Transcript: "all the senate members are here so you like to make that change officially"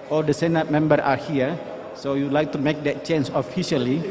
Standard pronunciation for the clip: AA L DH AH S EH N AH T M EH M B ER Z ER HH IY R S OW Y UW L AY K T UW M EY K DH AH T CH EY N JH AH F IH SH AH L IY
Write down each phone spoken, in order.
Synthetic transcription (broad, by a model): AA L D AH S EH N AH T M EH M B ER AA HH IY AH S OW Y UW L AY K T UW M EY K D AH T CH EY N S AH F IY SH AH L IY